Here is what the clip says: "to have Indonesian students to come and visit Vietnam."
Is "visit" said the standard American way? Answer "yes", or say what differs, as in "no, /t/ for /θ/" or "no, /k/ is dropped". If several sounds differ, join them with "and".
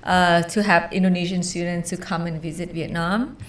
yes